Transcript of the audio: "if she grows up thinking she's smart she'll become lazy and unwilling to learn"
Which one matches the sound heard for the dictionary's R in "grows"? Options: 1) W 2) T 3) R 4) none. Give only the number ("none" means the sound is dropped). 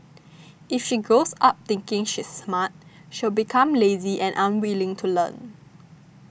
4